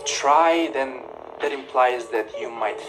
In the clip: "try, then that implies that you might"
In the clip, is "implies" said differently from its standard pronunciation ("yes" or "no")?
no